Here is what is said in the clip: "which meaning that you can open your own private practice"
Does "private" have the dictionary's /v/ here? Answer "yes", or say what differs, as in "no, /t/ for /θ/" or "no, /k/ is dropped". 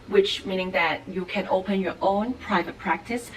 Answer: yes